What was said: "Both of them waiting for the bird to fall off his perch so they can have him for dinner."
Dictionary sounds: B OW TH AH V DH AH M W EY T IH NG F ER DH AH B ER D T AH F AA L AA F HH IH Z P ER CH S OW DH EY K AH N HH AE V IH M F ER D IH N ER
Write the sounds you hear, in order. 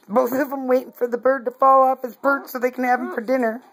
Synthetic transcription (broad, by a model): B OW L AH V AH M W EY T IH NG F ER DH AH B ER D T AH F AA L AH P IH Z B ER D S OW DH EY K N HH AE V IH M F ER D IH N ER